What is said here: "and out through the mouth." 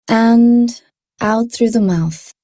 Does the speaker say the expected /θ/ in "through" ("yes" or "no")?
yes